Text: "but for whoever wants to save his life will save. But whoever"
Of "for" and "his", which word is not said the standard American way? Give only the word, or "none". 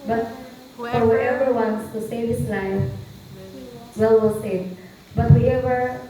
his